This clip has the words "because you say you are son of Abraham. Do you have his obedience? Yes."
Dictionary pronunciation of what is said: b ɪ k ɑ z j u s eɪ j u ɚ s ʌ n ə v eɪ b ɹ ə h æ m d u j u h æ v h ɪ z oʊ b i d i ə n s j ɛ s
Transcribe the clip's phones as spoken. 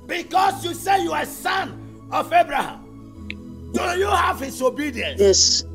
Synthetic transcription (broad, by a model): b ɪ k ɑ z j u s eɪ j u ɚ s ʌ n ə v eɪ b ɹ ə h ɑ m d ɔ j u h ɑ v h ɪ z oʊ b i d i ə n j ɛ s